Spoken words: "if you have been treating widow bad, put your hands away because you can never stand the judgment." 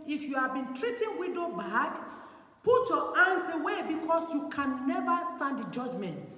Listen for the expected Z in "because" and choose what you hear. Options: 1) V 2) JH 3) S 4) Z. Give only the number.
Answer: 3